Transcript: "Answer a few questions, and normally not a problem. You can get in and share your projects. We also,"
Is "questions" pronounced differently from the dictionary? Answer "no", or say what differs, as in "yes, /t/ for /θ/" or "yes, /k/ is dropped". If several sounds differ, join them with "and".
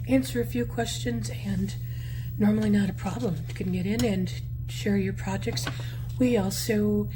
no